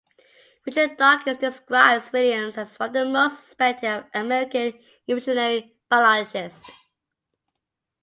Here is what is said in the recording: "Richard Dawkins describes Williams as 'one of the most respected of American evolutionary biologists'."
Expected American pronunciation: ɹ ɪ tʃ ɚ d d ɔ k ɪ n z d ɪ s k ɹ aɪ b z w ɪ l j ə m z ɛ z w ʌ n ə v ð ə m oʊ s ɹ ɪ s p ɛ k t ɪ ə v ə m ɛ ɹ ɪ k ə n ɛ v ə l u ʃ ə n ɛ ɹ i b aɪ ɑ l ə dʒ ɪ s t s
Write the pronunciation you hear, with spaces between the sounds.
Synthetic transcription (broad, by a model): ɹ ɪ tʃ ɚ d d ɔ k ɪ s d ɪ s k ɹ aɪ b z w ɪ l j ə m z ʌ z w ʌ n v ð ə m oʊ s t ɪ s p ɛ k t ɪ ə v ə m ɛ ɹ ɪ k ə n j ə ɪ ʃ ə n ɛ ɹ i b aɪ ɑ l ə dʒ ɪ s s